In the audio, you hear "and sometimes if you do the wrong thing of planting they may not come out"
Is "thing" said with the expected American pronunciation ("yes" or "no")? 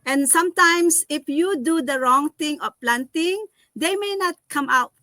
no